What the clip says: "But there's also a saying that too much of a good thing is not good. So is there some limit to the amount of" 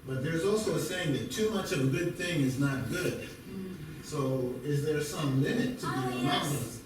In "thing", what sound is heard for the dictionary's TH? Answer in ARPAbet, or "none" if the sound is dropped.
TH